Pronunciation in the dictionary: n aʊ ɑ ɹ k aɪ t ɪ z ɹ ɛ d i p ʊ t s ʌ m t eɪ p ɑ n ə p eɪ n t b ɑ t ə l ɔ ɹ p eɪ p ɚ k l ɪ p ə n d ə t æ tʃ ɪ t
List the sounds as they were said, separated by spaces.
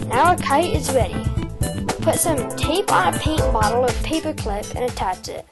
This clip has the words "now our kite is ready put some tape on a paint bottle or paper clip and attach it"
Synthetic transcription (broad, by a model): n aʊ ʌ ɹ k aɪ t ɪ z ɹ ɛ d i p ʊ t s ʌ m t eɪ p n ə p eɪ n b ɑ t l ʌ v p eɪ p ɚ k l ɪ p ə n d ə t æ tʃ ɪ t